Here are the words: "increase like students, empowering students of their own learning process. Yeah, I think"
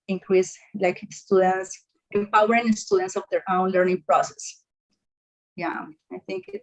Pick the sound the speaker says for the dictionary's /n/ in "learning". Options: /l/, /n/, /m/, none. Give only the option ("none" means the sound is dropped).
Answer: /n/